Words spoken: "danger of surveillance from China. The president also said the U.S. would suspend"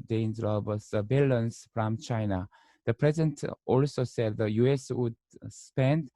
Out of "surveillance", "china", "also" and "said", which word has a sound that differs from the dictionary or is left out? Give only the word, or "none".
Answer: surveillance